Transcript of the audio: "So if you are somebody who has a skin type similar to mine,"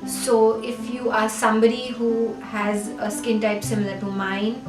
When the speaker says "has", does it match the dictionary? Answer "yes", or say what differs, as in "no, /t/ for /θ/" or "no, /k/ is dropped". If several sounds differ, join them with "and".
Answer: yes